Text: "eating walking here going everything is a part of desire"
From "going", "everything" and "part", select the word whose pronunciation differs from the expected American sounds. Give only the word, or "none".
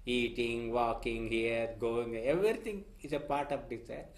everything